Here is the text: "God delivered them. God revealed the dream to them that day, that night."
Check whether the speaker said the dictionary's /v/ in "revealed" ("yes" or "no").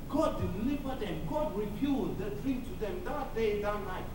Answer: no